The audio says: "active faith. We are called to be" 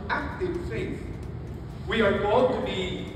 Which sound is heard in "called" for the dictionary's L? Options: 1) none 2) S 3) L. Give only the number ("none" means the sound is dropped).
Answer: 1